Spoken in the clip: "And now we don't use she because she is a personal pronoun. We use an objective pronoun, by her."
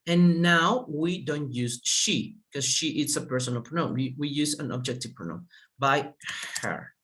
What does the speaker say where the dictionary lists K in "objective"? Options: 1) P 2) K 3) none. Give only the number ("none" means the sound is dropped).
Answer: 2